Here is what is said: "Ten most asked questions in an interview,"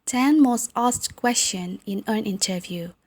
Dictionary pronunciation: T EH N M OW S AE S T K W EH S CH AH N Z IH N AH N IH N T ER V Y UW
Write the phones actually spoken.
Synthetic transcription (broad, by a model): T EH N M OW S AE S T K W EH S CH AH N IH N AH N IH N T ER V Y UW